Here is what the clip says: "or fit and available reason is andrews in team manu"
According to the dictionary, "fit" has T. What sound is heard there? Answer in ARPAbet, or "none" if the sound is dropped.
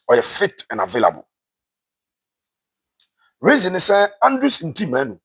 T